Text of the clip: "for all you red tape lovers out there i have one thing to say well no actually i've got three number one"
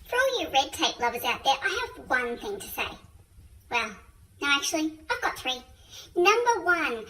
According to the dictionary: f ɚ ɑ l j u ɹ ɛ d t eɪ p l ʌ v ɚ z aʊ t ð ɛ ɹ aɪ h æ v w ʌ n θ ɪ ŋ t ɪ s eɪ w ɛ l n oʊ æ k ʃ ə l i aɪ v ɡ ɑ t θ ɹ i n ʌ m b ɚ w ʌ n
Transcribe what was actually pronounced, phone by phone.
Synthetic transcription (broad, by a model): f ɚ ɑ l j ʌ ɹ ɛ d t eɪ p l ʌ v ɚ z aʊ t ð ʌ ɹ aɪ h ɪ v w ʌ n θ ɪ ŋ t ɪ s eɪ w ɛ l n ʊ æ k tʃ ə l i aɪ v ɡ ɑ t θ ɹ i n ʌ m b ɚ w ʌ n